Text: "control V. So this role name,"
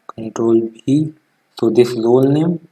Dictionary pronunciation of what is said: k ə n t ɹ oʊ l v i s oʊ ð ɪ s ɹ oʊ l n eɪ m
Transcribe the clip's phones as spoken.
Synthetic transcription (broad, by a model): k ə n t ɹ oʊ l b i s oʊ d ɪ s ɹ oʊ l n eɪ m